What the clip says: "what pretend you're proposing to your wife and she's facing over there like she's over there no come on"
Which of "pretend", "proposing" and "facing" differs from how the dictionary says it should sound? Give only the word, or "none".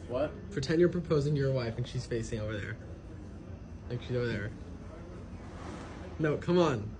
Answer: pretend